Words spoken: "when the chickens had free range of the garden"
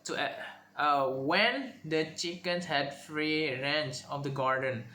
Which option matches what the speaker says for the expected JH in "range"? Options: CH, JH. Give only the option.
CH